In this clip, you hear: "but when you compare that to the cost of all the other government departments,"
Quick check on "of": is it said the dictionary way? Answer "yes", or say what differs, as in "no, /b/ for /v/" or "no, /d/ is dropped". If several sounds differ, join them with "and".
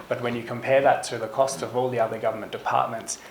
yes